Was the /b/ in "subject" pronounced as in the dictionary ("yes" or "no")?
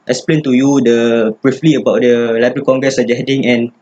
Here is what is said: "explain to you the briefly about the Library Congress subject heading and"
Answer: no